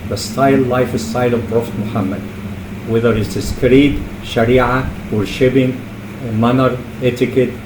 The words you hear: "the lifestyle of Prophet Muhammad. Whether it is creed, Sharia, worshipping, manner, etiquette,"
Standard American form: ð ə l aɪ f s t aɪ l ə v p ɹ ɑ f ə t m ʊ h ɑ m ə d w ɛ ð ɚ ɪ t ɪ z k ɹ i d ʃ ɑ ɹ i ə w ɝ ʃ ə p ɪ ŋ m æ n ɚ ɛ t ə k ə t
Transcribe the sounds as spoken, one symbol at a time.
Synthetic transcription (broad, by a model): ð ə l aɪ f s t aɪ l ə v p ɹ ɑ f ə t m ʊ h ɑ m ə d w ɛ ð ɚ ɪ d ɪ s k ɹ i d ʃ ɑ ɹ i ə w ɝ ʃ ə b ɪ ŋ m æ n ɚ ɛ t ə k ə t